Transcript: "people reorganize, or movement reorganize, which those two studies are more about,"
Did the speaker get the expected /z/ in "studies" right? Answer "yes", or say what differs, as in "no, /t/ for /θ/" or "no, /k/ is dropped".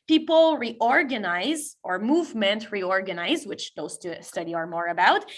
no, /z/ is dropped